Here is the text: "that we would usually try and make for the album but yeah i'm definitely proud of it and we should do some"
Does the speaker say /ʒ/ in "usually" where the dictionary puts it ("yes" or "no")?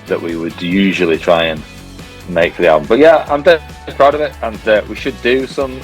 yes